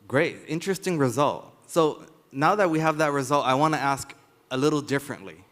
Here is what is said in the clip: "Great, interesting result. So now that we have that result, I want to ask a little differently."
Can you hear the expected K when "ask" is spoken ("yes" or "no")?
yes